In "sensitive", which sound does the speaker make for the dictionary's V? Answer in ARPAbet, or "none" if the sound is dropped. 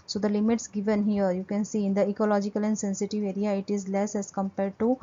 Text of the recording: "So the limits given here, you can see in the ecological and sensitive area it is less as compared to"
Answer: V